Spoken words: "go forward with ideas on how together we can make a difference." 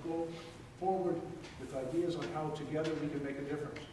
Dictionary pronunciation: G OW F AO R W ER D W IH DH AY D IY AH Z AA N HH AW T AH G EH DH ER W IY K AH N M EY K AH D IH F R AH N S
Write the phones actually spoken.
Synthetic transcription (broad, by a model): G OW F AO R W ER D W IH DH AY D IY AH Z N HH AW T AH G EH DH ER W IY K AH N M EY K AH D IH F R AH N S